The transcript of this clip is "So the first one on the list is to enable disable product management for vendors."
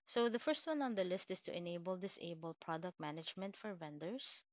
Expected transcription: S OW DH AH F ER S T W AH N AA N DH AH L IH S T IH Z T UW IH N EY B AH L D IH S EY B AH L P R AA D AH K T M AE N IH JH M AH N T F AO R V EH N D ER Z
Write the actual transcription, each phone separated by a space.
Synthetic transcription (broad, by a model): S OW DH AH F ER S T W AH N AA N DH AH L IH S T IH S T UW IH N EY B AH L D IH S EY B AH L P R AA D AH K T M AE N IH JH M AH N T F AO R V EH N D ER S